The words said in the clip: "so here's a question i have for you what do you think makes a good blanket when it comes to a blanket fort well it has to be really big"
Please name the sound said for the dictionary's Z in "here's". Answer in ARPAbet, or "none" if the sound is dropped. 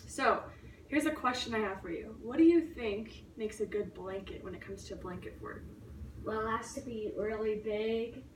Z